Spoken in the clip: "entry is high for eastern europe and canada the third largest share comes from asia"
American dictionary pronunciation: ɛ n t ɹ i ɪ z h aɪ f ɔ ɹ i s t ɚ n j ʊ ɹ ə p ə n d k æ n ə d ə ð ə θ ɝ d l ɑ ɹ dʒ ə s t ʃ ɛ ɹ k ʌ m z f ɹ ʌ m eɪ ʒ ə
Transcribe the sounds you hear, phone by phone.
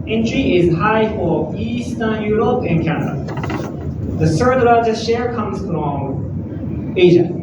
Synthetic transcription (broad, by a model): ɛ n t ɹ i ɪ z h aɪ f ɔ ɹ i s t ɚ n j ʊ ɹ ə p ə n k æ n ə d ə ð ə s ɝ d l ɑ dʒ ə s ʃ ɛ ɹ k ʌ m z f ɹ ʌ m eɪ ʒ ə